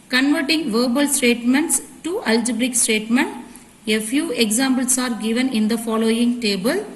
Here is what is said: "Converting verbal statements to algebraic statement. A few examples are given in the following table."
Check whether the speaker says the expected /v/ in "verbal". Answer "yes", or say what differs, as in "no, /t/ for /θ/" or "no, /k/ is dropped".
yes